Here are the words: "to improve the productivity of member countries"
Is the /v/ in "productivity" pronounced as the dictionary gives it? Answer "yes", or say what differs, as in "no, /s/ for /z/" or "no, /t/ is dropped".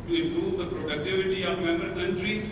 yes